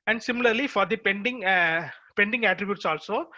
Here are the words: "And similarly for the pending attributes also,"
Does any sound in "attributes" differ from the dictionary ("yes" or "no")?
no